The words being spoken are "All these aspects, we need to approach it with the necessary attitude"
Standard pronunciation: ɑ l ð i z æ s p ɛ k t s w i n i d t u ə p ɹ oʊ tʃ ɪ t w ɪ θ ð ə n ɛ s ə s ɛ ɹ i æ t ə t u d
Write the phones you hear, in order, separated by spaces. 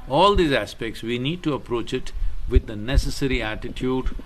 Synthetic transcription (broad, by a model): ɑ l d i z æ s p ɛ k t s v i n i d t u ə p ɹ oʊ tʃ ɪ t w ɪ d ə n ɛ s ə s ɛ ɹ i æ t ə t u d